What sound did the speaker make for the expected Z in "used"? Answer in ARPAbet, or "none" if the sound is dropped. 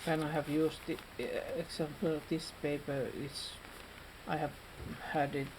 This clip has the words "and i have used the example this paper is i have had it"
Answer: S